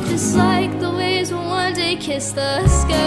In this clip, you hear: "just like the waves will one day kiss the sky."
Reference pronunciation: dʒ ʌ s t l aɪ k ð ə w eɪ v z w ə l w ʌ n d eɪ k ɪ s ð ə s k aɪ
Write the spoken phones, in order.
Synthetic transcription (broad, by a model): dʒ ʌ s t l aɪ k ð ə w eɪ z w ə n w ʌ n d eɪ k ɪ s ð ə s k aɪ